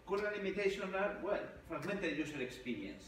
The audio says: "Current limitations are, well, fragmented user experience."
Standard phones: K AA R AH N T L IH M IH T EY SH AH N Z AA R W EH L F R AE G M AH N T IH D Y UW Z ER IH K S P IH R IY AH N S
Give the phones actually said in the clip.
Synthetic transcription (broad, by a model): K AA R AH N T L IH M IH T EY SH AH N AA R W EH L F R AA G M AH N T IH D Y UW S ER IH K S P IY R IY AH N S